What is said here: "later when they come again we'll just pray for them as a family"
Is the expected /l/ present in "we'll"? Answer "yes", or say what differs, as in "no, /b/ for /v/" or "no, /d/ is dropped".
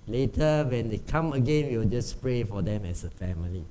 no, /w/ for /l/